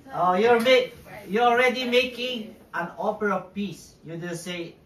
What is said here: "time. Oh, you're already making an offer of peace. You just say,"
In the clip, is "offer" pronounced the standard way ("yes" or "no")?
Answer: no